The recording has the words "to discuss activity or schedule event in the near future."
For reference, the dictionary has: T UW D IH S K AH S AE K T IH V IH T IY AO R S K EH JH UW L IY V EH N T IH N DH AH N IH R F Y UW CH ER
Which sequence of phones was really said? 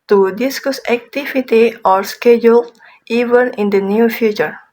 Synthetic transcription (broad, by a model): T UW D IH S K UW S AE K T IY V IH T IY AO R S K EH JH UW L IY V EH N IH N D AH N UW F Y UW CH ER